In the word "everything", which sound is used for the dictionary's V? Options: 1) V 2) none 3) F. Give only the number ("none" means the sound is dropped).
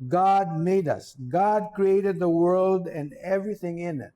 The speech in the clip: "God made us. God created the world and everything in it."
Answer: 1